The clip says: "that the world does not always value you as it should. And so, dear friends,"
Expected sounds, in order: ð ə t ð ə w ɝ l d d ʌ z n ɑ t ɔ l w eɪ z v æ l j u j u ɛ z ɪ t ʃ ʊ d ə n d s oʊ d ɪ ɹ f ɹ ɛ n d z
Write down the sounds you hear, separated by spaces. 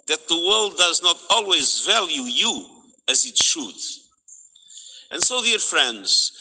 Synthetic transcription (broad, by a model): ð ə t ð ə w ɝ l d d ʌ z n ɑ t ɔ l w eɪ z v æ l j u j u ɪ z ɪ t ʃ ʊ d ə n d s oʊ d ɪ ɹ f ɹ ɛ n d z